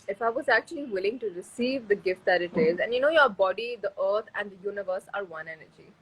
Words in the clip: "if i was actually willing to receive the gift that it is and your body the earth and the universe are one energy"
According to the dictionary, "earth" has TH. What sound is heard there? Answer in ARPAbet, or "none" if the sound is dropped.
T